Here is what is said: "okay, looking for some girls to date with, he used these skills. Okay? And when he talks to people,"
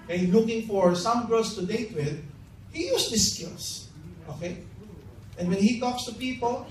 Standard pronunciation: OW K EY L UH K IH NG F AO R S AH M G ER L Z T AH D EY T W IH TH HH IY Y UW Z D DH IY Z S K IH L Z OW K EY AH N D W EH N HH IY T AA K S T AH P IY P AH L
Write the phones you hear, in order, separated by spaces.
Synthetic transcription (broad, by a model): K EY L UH K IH NG F AO R S AH M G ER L S T AH D EY T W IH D HH IY Y UW S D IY S K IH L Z OW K EY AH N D W EH N HH IY T AA K S T AH P IY P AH L